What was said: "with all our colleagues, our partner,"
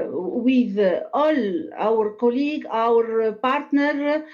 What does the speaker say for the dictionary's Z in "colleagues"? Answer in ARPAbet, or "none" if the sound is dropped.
none